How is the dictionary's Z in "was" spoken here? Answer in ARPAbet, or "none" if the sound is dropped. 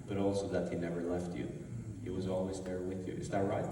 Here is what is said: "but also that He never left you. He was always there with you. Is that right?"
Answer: Z